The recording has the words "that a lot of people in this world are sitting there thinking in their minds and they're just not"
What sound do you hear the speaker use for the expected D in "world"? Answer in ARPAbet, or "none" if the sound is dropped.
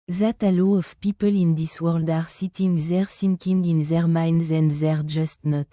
D